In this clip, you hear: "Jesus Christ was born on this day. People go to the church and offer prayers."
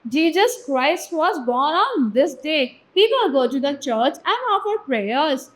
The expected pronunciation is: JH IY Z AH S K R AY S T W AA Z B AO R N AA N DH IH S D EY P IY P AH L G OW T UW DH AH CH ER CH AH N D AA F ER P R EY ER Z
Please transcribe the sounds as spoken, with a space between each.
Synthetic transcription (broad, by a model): JH IY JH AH S K R AY S T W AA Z B AO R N AA N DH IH S D EY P IY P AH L G OW T UW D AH CH ER CH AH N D AA F ER P R EY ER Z